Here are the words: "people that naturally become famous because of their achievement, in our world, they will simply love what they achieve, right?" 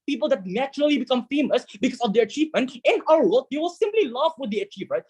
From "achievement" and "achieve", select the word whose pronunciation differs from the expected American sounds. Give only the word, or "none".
none